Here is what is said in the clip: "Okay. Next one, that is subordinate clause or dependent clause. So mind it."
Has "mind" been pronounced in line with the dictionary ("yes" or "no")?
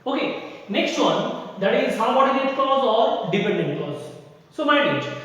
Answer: no